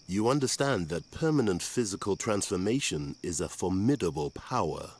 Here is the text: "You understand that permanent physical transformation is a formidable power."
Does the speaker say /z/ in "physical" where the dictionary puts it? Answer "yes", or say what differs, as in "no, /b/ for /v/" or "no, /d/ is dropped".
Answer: yes